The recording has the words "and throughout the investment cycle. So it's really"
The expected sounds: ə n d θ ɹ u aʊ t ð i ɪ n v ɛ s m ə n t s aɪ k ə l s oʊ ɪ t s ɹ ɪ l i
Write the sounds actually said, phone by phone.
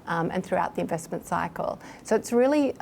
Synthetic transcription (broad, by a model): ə n θ ɹ u aʊ t ð i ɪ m v ɛ s m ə n t s aɪ k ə l s oʊ ɪ t s ɹ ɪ l i